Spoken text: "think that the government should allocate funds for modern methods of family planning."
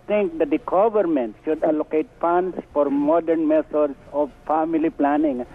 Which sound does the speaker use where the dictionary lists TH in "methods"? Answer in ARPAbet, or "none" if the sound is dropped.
T